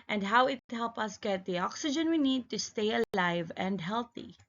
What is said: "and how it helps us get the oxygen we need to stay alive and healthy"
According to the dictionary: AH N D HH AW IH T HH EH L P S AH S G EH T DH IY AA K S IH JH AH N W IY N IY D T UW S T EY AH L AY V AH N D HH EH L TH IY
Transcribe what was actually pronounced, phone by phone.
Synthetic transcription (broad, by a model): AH N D HH AW IH T HH EH L P AH S G EH T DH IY AA K S IH JH AH N W IY N IY D T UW S T EY AH L AY V AH N D HH EH L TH IY